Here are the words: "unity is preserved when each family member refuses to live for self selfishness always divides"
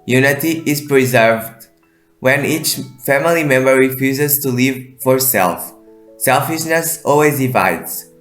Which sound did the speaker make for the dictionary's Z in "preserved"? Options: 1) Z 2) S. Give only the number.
1